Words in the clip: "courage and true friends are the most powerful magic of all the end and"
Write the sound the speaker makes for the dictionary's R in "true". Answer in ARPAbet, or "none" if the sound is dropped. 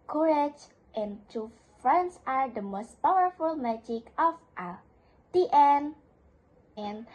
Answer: none